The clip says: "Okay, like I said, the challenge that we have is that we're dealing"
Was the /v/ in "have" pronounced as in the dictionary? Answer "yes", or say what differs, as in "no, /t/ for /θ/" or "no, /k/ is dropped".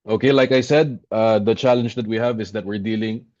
yes